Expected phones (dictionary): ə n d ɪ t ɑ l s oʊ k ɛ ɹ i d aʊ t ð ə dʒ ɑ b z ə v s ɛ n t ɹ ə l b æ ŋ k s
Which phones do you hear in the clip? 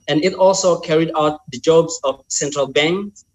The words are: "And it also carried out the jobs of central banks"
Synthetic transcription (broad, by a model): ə n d ɪ t ɑ l s oʊ k ɛ ɹ i d aʊ t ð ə dʒ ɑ b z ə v s ɛ n t ɹ ə l b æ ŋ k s